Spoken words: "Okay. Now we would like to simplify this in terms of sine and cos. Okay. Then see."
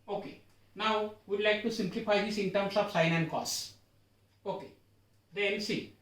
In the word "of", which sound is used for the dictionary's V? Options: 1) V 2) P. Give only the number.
2